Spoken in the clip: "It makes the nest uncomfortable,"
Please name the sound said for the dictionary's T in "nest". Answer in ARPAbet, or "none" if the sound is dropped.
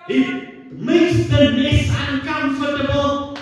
none